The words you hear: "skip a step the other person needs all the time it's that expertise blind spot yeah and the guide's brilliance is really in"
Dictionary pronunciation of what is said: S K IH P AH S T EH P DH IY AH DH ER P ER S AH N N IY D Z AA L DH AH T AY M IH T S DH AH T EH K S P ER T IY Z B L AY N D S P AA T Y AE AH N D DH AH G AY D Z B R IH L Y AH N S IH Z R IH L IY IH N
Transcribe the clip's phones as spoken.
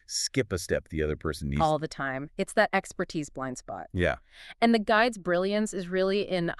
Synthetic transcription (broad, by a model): S K IH P AH S T EH P DH IY AH DH ER P ER S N N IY AA L DH AH T AY M IH T S DH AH T EH K S P ER T IY Z B L AY N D S P AA T Y AE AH N DH AH G AY D Z B R IH L Y AH N S IH Z R IH L IY IH N